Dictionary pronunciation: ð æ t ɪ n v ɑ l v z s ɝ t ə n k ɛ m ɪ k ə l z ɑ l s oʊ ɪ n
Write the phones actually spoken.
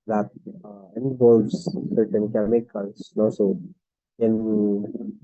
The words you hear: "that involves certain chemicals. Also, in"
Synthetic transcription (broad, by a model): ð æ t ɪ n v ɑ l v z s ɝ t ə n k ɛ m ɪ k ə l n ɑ s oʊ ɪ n